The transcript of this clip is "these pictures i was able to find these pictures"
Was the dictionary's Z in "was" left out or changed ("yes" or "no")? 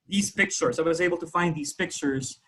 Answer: no